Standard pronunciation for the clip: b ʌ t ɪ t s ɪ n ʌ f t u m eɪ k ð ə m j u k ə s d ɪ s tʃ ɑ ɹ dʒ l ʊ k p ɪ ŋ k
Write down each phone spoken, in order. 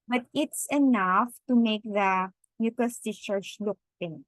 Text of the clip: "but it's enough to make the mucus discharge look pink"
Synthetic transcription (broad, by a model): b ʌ t ɪ t s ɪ n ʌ f t u m eɪ k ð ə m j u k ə s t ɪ tʃ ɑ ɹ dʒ l ʊ k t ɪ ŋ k